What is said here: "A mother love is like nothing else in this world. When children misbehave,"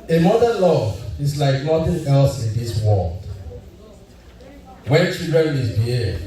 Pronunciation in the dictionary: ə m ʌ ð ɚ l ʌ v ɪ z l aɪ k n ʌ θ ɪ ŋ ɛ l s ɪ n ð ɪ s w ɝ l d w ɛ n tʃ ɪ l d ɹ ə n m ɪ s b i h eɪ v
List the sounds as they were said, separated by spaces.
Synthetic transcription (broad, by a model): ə m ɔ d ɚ l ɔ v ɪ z l aɪ k n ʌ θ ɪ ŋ ɛ l s ɪ n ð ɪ s w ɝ l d w ɛ n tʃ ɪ d ɹ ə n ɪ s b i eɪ